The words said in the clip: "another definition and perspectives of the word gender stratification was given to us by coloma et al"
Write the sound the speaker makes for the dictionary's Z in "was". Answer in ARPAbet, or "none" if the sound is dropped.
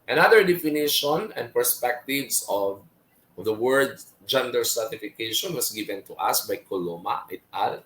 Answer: S